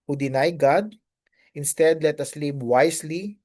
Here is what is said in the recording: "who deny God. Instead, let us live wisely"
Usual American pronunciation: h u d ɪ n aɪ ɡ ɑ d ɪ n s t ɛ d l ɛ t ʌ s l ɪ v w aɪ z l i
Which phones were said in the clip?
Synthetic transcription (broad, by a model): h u d ɪ n aɪ ɡ ɑ d ɪ n s t ɛ d l ɛ t ʌ s l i p w aɪ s l i